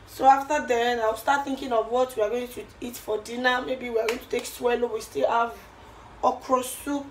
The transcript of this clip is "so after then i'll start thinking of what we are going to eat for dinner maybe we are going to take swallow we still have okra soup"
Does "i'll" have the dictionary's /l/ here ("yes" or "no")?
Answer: no